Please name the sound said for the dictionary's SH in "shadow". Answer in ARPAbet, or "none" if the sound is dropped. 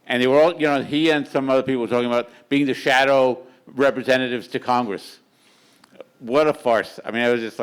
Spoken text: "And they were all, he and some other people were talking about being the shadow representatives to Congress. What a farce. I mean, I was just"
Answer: SH